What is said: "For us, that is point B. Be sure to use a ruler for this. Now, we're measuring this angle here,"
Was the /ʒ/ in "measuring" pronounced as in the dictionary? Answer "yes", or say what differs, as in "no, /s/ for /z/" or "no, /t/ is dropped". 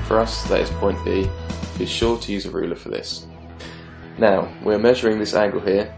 yes